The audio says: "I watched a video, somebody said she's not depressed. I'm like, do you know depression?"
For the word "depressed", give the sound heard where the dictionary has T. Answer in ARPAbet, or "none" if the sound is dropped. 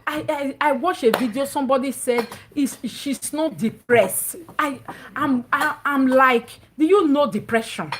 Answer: T